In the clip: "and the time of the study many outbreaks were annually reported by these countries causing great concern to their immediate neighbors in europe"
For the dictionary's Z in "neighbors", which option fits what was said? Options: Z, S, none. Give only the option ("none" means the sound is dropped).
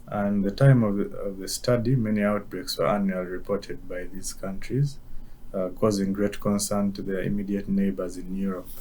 Z